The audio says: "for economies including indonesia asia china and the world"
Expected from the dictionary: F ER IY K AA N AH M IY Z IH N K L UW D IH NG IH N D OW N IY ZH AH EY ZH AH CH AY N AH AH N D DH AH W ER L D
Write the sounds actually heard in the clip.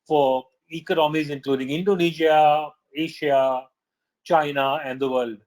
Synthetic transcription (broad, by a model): F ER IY K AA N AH M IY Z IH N K L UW D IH NG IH N D OW N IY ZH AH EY SH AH CH AY N AH AH N D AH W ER L D